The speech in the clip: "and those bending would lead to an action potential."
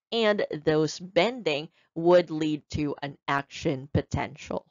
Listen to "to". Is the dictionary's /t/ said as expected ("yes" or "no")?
yes